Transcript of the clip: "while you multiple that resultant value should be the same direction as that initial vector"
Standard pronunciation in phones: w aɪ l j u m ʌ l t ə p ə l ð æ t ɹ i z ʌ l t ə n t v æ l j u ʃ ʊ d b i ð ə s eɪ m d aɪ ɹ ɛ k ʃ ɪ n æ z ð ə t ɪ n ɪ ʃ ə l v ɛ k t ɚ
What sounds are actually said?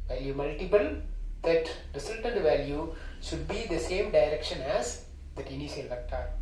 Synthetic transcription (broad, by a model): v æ l j u m ʌ l t ə p ə l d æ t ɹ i s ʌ l t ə n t v æ l j u ʃ ʊ d b i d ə s eɪ m d aɪ ɹ ɛ k ʃ ɪ n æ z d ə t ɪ n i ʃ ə l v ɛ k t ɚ